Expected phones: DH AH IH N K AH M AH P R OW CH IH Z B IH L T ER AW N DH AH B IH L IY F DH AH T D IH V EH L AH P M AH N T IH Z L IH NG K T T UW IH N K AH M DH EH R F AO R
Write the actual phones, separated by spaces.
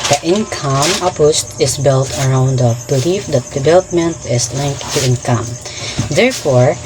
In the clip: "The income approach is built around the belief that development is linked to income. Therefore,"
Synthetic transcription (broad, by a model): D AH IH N K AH M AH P OW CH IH S B IH L T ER AW N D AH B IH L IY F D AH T D IH V EH L AH P M AH N T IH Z L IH NG K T T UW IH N K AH M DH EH R F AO R